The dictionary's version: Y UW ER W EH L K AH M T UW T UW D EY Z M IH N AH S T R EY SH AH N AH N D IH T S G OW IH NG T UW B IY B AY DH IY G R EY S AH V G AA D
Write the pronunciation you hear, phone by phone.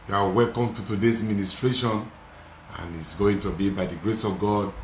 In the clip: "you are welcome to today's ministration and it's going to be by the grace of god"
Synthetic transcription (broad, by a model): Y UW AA W EH L K AH M T UW T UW D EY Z M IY N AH S T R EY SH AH N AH N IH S G OW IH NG T UW B IY B AY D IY G R EY S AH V G AA D